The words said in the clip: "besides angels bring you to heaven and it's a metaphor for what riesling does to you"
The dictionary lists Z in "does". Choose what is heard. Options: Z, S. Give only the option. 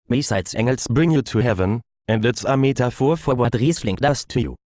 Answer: S